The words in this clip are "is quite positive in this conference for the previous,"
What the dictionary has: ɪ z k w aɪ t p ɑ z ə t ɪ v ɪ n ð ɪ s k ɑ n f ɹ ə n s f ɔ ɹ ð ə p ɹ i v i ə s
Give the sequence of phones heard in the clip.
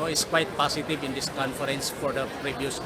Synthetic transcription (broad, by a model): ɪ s k w aɪ t p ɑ s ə t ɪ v ɪ n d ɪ s k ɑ n f ɹ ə n s f ɔ ɹ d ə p ɹ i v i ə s